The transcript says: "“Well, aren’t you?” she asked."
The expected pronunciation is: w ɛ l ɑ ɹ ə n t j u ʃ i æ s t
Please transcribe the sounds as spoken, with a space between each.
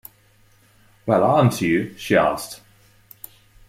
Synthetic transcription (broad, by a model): w ɛ l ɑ ə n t j u ʃ i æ s t